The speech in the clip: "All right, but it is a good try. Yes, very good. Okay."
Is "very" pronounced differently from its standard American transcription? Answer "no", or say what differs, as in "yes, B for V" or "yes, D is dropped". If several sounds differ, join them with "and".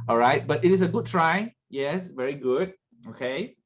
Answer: no